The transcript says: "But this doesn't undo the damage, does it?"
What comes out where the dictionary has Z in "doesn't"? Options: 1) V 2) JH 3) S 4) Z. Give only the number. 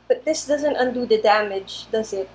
4